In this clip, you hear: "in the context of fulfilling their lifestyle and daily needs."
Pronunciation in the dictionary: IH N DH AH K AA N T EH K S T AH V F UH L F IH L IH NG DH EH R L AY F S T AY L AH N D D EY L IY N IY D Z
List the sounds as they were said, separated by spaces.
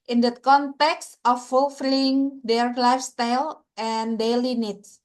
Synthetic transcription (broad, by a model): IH N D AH K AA N T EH K S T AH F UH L F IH L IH NG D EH R L AY F S T AY L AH N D D EY L IY N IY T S